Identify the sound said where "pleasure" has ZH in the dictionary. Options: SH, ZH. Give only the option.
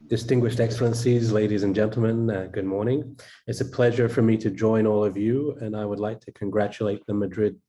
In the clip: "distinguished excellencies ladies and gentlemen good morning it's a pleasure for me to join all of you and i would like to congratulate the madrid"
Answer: ZH